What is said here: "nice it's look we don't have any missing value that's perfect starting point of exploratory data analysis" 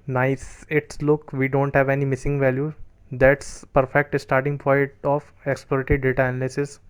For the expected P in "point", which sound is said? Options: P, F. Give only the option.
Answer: F